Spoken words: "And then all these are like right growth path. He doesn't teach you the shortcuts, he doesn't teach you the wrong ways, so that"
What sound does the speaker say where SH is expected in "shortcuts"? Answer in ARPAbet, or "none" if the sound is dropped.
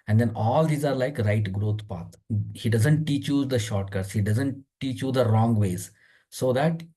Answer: SH